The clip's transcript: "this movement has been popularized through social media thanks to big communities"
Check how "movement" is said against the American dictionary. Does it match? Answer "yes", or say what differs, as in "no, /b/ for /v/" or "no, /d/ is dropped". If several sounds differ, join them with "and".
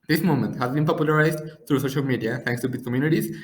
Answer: no, /v/ is dropped